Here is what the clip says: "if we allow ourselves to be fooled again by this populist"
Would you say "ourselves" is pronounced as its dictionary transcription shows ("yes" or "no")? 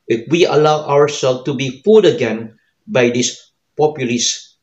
no